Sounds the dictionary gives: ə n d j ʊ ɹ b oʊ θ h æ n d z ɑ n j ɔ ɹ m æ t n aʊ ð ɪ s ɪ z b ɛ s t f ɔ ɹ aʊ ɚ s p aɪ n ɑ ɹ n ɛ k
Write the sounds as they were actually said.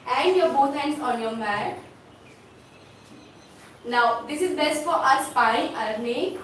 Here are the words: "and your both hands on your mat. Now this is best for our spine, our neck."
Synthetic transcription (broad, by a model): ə n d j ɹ b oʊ t h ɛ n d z ɑ n j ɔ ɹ m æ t n aʊ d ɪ s ɪ z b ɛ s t f ɔ ɹ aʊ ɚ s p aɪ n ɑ ɹ n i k